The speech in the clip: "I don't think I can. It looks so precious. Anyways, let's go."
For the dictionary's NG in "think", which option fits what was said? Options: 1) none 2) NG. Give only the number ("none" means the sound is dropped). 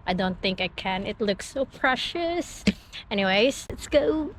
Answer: 2